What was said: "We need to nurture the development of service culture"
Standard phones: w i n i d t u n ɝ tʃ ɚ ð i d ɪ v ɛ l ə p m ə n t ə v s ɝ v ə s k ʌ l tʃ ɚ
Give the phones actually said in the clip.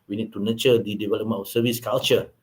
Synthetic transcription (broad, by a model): w i n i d t u n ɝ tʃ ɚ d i d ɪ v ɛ l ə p m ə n ə f s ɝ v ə s k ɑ l tʃ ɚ